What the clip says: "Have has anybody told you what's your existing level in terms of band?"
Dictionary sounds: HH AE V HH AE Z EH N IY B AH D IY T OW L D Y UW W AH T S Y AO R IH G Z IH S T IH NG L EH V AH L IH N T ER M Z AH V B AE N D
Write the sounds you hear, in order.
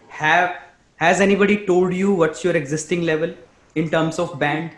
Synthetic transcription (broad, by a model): HH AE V HH AE Z EH N IY B AH D IY T OW L D Y UW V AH T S Y AO R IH G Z IH S T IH NG L EH V AH L IH N T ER M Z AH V B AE N D